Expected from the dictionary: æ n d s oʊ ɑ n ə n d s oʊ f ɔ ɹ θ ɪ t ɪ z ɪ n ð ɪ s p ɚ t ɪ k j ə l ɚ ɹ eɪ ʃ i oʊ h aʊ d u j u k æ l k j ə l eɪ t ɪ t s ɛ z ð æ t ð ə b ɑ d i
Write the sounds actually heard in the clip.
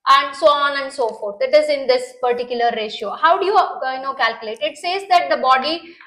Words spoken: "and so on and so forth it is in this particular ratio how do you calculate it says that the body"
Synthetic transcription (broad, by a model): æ n d s oʊ ɑ n ə n d s oʊ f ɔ ɹ t ɪ t ɪ z ɪ n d ɪ s p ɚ t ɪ k j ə l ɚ ɹ eɪ ʃ i oʊ h aʊ d u j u k æ l k j ə l eɪ t ɪ t s ɛ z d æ t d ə b ɑ d i